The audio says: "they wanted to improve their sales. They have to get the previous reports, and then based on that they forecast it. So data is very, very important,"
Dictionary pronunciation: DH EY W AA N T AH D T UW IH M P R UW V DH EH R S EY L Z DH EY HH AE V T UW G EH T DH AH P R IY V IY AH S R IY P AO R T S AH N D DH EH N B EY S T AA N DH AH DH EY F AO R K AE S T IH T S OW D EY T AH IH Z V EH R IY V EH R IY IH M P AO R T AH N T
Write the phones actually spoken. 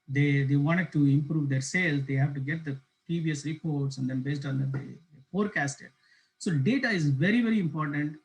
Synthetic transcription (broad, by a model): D EY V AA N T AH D T UW IH M P R UW V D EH R S EY L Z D EY HH AE V T UW G EH T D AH P R IY V IY AH S R IY P AO R T S AH N D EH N B EY S T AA N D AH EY F AO R K AE S T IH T S OW D EY T AH IH Z V EH R IY V EH R IY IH M P AO R T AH N T